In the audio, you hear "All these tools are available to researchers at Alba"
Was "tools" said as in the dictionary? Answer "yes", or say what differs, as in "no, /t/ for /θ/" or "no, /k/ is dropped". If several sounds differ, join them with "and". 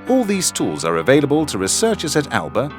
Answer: yes